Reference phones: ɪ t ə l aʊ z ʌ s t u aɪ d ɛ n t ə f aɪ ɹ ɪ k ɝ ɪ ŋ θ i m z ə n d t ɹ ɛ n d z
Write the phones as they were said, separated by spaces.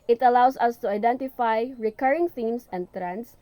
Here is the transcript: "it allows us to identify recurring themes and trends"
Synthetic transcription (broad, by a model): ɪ t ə l aʊ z ʌ s t u aɪ d ɛ n t ə f aɪ ɹ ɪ k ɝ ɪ ŋ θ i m s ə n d t ɹ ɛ n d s